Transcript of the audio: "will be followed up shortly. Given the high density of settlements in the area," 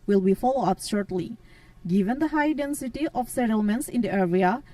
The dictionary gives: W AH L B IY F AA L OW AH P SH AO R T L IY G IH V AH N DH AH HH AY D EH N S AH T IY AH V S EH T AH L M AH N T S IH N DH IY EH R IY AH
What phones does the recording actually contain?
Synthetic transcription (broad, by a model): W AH L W IY F AA L OW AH P SH AO R T L IY G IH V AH N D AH HH AY D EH N S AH T IY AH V S EH T AH L M AH N T S IH N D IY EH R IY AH